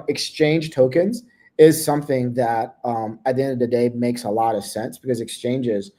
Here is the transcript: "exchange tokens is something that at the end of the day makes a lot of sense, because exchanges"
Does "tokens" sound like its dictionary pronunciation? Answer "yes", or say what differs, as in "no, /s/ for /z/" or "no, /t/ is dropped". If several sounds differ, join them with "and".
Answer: yes